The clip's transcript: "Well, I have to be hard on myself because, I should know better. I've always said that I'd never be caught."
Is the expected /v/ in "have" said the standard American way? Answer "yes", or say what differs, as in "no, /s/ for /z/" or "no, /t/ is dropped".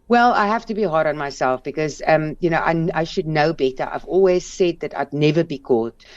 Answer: no, /f/ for /v/